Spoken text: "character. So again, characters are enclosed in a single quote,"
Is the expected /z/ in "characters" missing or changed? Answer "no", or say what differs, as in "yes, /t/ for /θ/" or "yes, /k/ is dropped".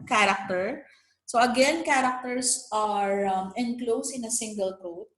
yes, /s/ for /z/